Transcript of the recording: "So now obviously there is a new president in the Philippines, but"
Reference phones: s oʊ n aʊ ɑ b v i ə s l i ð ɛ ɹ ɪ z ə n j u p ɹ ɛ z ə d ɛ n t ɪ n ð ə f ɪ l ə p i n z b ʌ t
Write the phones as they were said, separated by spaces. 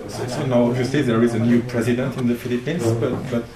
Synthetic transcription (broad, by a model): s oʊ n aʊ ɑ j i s i ð ɛ ɹ ɪ z ə n j u p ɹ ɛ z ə d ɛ n t ɪ n ð ə f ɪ l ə p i n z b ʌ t